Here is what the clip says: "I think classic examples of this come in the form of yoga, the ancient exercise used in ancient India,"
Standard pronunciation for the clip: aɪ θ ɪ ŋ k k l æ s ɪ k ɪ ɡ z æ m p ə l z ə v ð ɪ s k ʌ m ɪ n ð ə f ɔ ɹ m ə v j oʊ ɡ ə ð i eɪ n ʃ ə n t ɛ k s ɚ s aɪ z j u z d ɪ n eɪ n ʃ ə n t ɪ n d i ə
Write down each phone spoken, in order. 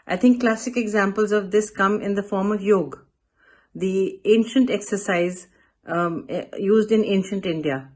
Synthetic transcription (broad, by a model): aɪ t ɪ ŋ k k l æ s ɪ k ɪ ɡ z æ m p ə l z ə v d ɪ s k ʌ m ɪ n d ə f ɔ ɹ m ə v j oʊ ɡ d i eɪ n ʃ ə n t ɛ k s ɚ s aɪ z j u z d ɪ n eɪ n ʃ ə n t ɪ n d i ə